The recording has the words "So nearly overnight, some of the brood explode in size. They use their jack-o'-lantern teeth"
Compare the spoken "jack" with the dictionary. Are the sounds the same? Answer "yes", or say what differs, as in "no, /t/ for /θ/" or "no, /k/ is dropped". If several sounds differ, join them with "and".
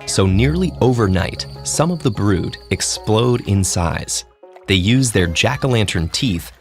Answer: yes